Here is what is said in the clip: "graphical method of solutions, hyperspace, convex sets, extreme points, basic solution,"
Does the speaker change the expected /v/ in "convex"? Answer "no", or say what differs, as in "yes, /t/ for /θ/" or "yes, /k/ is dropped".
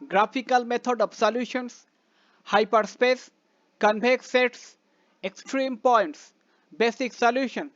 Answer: yes, /b/ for /v/